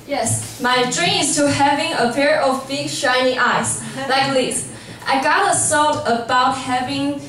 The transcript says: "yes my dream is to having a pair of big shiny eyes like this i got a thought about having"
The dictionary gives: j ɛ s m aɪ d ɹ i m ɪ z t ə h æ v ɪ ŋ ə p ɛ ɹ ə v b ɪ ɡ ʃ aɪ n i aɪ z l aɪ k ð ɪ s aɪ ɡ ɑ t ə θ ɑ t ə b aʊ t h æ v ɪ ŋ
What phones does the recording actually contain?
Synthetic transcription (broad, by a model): j ɛ s m aɪ d ɹ i m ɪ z t ə h æ v ɪ ŋ ə p ɛ ɹ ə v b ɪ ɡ ʃ aɪ n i aɪ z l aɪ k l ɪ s aɪ ɡ ɑ t ə s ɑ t ə b aʊ t h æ v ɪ ŋ